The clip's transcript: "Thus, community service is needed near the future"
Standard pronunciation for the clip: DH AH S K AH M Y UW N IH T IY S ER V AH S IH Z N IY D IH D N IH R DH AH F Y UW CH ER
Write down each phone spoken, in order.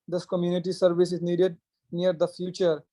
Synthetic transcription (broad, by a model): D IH S K AH M Y UW N IH T IY S ER V AH S IH Z N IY D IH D N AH R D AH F Y UW CH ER